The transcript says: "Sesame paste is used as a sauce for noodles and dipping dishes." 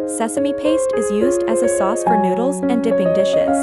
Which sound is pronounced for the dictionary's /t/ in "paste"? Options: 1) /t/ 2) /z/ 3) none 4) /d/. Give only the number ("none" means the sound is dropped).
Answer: 1